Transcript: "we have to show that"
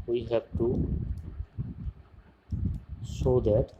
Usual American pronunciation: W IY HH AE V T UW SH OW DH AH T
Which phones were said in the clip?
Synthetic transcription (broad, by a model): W IY HH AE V T UW S OW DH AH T